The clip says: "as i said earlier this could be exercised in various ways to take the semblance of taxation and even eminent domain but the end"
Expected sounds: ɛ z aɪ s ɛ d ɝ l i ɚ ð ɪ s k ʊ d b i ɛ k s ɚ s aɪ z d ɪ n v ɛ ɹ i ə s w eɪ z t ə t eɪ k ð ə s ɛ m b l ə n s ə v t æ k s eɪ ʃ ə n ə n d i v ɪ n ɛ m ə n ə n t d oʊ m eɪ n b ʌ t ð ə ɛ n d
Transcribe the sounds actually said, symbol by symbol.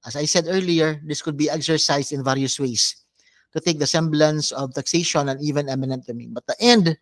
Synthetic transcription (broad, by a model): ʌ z aɪ s ɛ d ɝ l i ɚ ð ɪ s k ʊ d b i ɛ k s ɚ s aɪ s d ɪ n v ɛ ɹ i ə s w eɪ s t ə t eɪ k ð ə s ɛ m b l ə n s ə v t æ k s eɪ ʃ ə n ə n i v ɪ n ɛ m ə n ə n t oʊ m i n b ʌ t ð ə ɛ n d